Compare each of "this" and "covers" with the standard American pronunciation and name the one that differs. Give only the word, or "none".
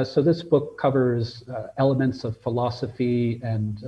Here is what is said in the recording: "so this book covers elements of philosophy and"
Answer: none